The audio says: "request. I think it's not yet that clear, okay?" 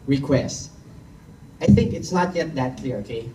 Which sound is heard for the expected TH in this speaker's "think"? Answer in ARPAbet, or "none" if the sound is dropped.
TH